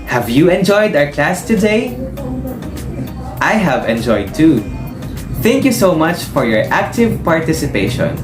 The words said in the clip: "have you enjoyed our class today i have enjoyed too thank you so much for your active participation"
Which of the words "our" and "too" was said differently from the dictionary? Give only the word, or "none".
none